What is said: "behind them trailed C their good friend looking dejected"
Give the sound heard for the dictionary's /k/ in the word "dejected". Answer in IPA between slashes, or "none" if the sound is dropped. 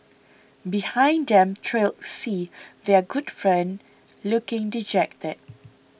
/k/